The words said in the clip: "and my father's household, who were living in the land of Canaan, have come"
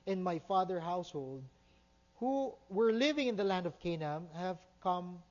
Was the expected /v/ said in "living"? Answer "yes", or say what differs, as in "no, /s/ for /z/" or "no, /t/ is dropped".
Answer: yes